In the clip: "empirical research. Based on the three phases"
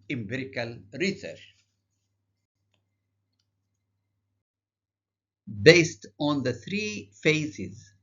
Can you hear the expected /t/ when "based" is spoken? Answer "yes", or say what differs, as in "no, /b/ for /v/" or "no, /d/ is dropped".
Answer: yes